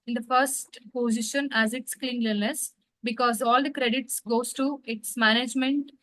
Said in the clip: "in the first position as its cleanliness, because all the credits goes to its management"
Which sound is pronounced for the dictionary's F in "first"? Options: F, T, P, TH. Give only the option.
F